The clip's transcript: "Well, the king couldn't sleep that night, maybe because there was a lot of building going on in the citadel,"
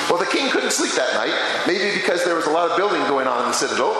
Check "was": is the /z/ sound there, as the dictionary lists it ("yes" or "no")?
yes